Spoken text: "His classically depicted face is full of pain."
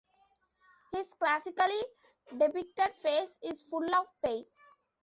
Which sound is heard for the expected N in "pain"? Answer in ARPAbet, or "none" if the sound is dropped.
none